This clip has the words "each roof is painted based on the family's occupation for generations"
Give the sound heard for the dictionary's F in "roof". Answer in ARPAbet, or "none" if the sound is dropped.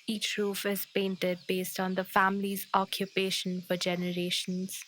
F